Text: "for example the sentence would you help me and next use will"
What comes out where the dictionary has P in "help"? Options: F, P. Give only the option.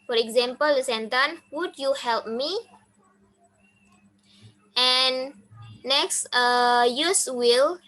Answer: P